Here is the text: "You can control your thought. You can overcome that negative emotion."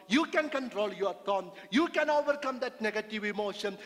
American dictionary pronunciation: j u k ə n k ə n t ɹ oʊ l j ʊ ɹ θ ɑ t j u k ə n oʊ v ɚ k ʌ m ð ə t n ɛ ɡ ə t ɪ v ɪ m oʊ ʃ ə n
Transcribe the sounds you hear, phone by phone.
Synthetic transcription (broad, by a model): j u k ə n k ə n t ɹ oʊ l j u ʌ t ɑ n j u k ə n oʊ v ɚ k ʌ m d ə t n ɛ ɡ ə t ɪ v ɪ m oʊ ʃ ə n